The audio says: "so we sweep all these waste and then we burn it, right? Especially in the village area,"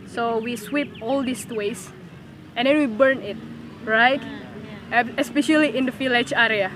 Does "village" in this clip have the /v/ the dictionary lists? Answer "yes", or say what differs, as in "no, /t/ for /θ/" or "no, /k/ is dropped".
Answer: no, /f/ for /v/